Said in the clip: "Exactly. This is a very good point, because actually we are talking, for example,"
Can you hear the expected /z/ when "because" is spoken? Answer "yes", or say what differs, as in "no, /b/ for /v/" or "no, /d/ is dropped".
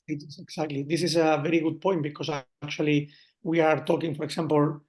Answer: no, /s/ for /z/